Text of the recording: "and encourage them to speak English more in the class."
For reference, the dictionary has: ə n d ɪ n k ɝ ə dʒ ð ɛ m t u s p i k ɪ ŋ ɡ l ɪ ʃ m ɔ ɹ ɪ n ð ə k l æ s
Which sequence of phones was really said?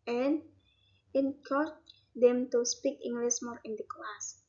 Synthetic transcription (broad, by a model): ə n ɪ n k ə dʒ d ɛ m t u s p i k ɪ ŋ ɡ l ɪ s m ɔ ɹ ɪ n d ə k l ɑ s